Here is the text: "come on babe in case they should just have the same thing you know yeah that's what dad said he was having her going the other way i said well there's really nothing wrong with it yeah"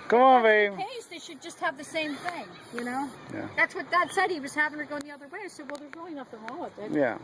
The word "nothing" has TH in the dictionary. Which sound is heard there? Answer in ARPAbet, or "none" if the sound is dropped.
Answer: T